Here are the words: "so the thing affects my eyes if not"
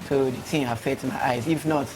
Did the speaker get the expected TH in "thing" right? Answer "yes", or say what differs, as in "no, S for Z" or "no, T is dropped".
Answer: no, T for TH